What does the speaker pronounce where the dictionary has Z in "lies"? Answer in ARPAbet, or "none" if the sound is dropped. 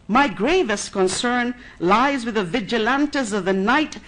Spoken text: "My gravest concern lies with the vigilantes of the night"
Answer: Z